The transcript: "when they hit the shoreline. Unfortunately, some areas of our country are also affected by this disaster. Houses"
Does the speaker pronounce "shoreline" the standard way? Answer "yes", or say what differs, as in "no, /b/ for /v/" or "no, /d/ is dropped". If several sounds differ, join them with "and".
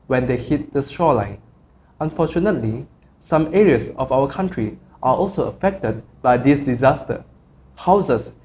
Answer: no, /s/ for /ʃ/